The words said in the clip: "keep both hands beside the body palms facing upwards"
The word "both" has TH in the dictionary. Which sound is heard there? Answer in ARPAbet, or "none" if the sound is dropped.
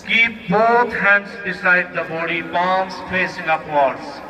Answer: T